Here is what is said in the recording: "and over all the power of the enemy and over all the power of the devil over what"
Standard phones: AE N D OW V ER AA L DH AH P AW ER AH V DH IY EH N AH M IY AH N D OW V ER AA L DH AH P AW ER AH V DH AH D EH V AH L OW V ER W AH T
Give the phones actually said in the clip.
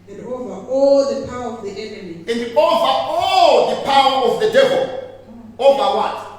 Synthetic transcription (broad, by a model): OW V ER AA L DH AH P AW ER AH V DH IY EH N AH M IY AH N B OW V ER AA L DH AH P AW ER AH V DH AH D EH V AH L OW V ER W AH T